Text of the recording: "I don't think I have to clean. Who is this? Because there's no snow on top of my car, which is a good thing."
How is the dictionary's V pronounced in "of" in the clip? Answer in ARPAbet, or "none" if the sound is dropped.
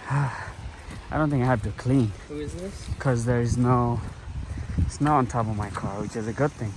V